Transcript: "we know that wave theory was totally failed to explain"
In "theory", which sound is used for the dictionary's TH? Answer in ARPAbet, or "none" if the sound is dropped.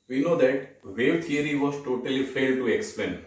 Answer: T